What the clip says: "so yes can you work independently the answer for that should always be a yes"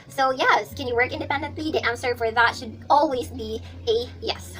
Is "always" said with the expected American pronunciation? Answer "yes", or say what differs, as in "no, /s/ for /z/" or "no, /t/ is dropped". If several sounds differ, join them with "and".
yes